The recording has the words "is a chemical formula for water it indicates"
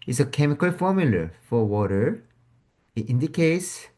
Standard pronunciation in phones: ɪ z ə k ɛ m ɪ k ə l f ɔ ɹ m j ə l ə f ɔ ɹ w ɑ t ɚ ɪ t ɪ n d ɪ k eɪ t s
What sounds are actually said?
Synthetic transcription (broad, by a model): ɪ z ə k ɛ m ɪ k ə l f ɔ ɹ m j ə l ə f ɔ ɹ w ɑ t ɚ ɪ t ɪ n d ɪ k eɪ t s